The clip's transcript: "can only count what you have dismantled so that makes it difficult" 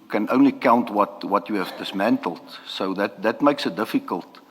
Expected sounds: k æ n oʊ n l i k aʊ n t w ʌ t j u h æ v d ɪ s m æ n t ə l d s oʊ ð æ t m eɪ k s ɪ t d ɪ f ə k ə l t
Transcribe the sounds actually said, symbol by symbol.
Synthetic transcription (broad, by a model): k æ n oʊ n l i k aʊ n t w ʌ t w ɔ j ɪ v d ɪ s m æ n t ə l d s oʊ ð æ t m eɪ k s ɪ t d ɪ f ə k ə l t